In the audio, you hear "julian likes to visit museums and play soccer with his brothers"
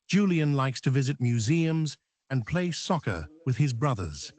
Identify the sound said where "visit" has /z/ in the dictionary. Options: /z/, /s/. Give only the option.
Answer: /z/